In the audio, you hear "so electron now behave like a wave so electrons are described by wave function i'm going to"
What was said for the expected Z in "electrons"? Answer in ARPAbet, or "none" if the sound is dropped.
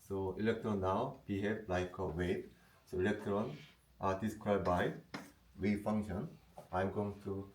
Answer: none